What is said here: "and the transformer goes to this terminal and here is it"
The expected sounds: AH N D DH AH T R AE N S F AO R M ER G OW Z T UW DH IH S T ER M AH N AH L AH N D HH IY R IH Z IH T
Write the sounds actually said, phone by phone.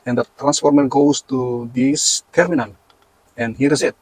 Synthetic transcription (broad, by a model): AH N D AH T R AE N S F AO R M ER G OW S T UW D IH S T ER M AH N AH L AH N HH IY R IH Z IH T